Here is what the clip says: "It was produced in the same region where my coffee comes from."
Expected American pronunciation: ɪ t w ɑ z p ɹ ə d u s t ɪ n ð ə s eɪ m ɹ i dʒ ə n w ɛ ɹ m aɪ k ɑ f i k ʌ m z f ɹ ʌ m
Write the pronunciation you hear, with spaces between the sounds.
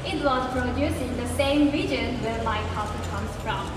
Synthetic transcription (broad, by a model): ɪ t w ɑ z p ɹ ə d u s ɪ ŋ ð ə s eɪ m ɹ i dʒ ə n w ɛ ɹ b aɪ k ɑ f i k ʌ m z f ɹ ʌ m